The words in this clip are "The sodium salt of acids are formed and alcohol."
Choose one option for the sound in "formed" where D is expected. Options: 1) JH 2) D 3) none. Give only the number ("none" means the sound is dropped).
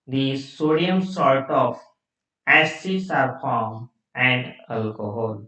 3